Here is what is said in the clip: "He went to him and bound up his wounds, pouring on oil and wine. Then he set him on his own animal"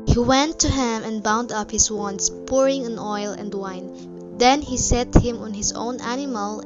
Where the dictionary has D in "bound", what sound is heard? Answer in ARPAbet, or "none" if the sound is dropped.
D